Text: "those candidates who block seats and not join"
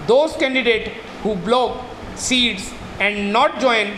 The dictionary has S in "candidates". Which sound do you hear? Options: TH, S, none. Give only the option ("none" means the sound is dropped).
none